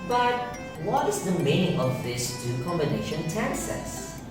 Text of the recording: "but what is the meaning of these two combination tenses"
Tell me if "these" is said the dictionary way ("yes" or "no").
no